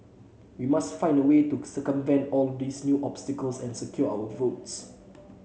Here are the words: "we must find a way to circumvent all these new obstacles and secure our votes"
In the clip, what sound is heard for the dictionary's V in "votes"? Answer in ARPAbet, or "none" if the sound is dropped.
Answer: V